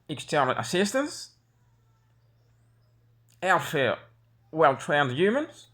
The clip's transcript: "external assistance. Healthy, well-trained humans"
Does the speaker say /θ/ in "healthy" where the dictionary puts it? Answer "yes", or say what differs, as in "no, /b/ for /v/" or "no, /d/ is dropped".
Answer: no, /f/ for /θ/